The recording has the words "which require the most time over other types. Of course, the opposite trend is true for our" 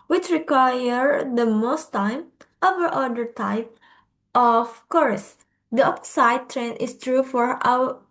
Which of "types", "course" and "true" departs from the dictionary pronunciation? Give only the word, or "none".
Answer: types